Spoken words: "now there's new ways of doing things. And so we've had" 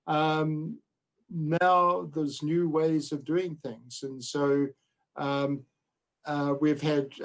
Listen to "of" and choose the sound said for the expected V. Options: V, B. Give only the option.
V